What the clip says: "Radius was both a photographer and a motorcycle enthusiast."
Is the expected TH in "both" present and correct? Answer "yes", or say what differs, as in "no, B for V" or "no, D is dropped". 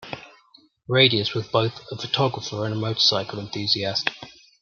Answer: yes